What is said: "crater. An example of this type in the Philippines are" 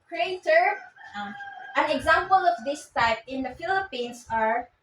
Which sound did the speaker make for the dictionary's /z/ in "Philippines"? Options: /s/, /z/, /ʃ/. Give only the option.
/s/